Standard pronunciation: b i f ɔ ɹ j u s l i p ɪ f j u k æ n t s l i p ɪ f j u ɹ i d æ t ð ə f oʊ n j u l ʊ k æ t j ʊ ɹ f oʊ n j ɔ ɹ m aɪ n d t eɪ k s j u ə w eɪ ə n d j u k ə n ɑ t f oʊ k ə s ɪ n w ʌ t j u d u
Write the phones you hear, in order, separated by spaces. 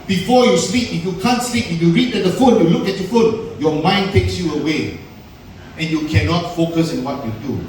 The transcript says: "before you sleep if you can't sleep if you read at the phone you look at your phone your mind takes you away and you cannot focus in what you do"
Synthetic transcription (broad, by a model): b i f ɔ j u s l i p ɪ f j u k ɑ n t s l i p ɪ f j u ɹ i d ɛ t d ə f oʊ n j u l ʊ k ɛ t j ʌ f oʊ n j ɔ m aɪ n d t eɪ k s j u ə w eɪ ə n j u k ə n ɑ t f oʊ k ə s ɪ n w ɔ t j u d u